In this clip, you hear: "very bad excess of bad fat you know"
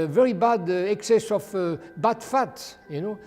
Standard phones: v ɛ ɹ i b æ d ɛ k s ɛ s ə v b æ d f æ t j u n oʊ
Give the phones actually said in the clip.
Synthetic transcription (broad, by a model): v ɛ ɹ i b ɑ d ɛ k s ɛ s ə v b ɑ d f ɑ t j u n oʊ